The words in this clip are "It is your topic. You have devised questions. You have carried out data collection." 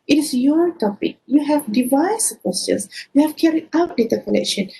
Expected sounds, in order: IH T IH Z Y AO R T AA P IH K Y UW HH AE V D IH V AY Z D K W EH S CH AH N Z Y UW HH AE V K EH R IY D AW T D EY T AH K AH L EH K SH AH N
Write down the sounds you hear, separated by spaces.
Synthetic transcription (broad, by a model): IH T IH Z Y AO R T AA P IH K Y UW HH AE V D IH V AY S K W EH S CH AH N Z Y UW HH AE V K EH R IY AW T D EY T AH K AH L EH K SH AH N